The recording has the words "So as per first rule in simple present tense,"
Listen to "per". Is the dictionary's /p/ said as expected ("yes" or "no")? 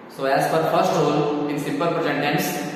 no